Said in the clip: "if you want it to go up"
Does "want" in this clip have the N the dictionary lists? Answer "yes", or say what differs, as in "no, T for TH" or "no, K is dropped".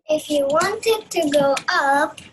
yes